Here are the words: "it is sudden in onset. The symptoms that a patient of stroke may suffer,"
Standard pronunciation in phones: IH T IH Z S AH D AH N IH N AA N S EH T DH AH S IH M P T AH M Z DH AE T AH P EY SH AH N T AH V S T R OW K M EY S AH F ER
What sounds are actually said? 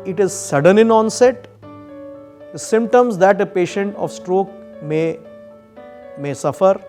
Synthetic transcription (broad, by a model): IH T IH Z S AH D AH N IH N AA N S EH T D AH S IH M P T AH M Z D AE T AH P EY SH AH N T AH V S T R OW K M EY S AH F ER